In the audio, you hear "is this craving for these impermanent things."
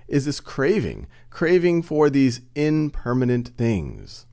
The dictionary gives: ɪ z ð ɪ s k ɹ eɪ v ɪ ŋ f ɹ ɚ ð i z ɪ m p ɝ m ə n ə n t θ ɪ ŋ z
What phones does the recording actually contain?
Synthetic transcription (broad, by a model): ɪ z ð ɪ s k ɹ eɪ v ɪ ŋ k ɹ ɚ ð i z ɪ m p ɝ m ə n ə n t θ ɪ ŋ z